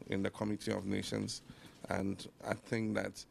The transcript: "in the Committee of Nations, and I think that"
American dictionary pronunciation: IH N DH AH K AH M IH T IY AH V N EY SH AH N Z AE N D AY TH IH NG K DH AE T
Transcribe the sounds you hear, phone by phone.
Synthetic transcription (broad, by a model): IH N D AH K AH M IH T IY AH V N EY SH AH N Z AE N D AY T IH NG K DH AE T